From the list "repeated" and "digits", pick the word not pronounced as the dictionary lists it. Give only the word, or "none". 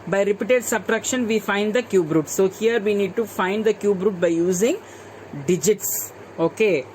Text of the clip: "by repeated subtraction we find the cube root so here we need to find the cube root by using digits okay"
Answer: none